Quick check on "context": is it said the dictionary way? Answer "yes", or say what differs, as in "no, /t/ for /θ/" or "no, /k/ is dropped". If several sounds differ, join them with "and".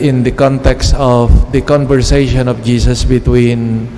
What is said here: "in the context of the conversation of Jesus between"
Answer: yes